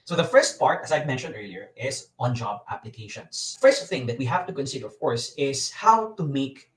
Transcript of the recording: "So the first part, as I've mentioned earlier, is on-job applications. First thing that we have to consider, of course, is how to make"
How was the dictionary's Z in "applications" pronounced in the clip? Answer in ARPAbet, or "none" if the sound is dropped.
S